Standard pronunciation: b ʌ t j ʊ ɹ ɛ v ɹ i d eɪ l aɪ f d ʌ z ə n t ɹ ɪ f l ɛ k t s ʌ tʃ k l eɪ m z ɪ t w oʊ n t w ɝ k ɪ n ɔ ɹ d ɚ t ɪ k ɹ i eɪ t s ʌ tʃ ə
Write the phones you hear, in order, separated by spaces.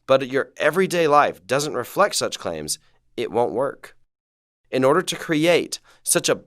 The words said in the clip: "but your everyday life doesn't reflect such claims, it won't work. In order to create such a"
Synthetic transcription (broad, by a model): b ʌ t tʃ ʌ ɹ ɛ v ɹ i d eɪ l aɪ f d ʌ z ə n t ɹ ɪ f l ɛ k t s ʌ tʃ k l eɪ m z ɪ t w oʊ n t w ɝ k ɪ n ɔ ɹ d ɚ t ɪ k ɹ i eɪ t s ʌ tʃ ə